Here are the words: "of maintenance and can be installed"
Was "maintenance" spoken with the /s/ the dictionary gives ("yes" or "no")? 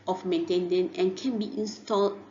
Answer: no